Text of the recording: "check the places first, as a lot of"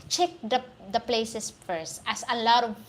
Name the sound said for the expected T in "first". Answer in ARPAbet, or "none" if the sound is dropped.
T